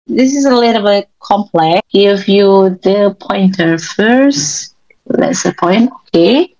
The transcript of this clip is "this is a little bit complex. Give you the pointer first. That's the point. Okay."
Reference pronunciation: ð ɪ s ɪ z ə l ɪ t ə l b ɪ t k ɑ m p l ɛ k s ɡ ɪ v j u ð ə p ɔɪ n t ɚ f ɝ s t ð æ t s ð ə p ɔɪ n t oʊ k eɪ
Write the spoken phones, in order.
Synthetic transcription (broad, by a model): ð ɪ s ɪ z ə l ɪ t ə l b ɪ t k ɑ m p l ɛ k ɡ ɪ v j u ð ə p ɔɪ n t ɚ f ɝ s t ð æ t s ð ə p ɔɪ n t oʊ k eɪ